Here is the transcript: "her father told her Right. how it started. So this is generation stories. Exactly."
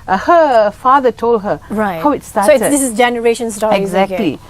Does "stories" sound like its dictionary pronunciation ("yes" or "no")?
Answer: no